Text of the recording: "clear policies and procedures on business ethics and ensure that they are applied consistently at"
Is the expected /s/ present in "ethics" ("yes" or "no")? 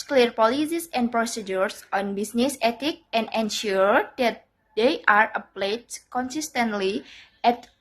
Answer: no